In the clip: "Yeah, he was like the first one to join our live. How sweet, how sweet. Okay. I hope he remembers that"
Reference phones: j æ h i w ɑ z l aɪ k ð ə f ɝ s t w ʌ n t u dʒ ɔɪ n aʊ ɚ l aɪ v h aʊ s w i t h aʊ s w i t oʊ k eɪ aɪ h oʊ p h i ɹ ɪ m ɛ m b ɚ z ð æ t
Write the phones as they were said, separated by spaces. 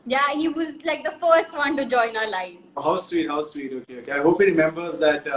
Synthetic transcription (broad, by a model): j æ h i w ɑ z l aɪ k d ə f ɝ s t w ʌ n t u dʒ ɔɪ n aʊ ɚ l aɪ f h aʊ s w i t h aʊ s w i t oʊ k eɪ aɪ h oʊ p h i ɹ ɪ m ɛ m b ɚ z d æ t